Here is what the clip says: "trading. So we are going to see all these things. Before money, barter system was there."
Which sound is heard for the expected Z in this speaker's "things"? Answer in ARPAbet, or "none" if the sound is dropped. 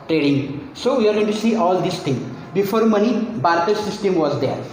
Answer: none